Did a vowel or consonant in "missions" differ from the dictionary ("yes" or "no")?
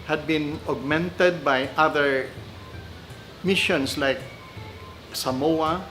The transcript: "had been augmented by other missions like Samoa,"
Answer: yes